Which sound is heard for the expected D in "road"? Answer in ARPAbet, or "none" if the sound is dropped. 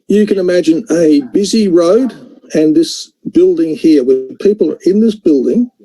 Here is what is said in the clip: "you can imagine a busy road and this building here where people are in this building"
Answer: D